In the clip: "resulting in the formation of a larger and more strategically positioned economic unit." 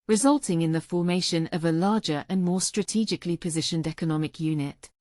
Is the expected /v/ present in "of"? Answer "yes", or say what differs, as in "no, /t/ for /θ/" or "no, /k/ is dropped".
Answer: yes